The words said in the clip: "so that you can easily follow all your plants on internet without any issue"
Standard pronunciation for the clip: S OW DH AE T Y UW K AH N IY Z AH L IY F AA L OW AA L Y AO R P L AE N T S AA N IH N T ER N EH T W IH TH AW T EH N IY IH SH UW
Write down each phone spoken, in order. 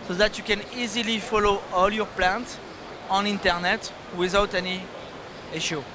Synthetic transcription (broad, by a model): S OW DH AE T Y UW K AH N IY Z AH L IY F AA L OW AA L Y AO R P L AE N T AA N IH N T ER N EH T W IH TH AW T EH N IY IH SH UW